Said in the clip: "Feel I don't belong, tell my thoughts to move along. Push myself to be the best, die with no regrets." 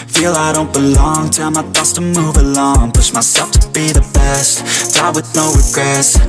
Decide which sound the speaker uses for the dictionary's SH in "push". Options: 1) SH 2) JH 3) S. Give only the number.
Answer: 3